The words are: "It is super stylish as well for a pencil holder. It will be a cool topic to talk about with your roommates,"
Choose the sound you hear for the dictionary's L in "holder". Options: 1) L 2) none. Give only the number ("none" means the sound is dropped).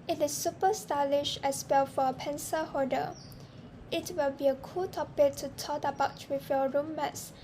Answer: 2